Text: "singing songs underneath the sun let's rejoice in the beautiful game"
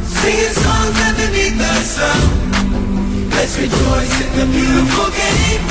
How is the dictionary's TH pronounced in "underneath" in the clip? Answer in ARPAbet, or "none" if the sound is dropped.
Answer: T